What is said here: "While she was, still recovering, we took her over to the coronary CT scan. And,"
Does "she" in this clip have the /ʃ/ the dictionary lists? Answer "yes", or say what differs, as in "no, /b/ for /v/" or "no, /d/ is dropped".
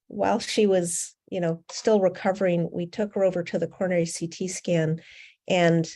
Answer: yes